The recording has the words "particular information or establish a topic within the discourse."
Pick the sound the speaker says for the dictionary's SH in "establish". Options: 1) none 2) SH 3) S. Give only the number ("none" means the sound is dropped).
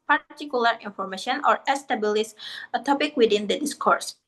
3